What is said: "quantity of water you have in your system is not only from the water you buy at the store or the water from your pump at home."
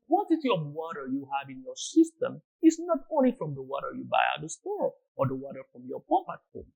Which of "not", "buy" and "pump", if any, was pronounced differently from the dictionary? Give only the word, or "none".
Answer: pump